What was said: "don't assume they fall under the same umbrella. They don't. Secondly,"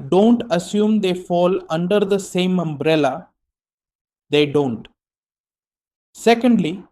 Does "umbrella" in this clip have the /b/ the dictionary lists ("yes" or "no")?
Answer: yes